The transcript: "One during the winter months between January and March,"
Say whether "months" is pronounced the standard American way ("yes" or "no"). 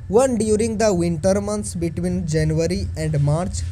no